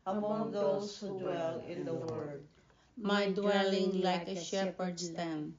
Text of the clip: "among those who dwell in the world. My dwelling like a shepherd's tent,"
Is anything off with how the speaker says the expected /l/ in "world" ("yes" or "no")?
yes